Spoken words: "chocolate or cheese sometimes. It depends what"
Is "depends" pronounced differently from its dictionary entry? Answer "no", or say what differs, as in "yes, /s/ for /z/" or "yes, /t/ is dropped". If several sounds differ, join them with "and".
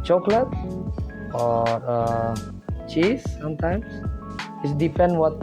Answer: yes, /z/ is dropped